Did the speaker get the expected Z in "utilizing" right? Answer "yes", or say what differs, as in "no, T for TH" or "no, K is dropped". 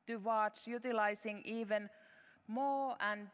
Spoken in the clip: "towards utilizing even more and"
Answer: no, S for Z